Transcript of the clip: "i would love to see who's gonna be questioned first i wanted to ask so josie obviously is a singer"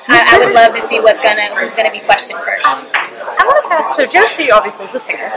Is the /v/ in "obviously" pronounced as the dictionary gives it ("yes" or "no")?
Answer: yes